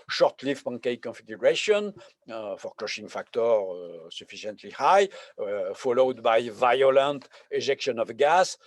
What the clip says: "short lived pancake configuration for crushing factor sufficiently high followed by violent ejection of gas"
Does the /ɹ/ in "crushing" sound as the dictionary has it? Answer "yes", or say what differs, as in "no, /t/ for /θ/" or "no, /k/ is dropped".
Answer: no, /l/ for /ɹ/